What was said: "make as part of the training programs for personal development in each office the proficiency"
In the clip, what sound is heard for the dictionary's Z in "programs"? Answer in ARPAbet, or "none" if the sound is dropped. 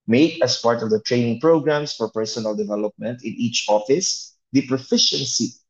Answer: S